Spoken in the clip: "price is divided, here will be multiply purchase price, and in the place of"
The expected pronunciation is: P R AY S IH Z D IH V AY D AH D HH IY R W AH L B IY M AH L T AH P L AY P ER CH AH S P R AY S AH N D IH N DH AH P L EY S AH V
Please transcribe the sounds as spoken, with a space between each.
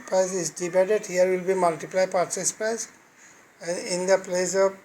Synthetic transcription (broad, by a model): P R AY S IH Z D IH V AY D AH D HH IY R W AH L B IY M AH L T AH P L AY P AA S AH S P R AY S AH N D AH P L EY S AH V